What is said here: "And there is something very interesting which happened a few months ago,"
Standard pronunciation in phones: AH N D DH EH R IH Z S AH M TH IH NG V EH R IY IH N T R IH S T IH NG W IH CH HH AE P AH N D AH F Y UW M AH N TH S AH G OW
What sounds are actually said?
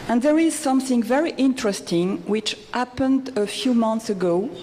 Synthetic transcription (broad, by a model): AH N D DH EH R IH Z S AH M TH IH NG V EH R IY IH N T R IH S T IH NG W IH CH HH AE P AH N D AH F Y UW M AH N TH S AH G OW